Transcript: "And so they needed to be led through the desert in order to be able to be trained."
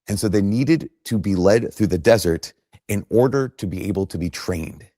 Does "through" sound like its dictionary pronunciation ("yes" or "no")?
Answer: yes